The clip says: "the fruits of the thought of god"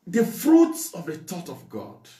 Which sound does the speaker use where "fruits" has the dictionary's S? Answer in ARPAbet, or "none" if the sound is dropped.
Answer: S